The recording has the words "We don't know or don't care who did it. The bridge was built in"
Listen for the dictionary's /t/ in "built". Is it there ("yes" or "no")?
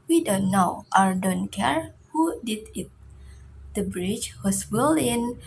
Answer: no